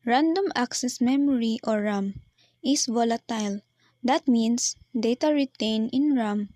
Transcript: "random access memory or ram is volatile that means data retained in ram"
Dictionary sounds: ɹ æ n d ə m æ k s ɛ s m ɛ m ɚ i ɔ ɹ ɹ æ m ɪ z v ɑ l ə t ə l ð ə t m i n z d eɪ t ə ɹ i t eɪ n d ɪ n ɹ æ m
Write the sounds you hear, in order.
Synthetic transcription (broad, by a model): ɹ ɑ n d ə m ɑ k s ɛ s m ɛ m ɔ i ɔ ɹ ɹ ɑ m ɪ s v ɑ l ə t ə l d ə t m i n s d eɪ t ə ɹ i t eɪ n ɪ n ɹ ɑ m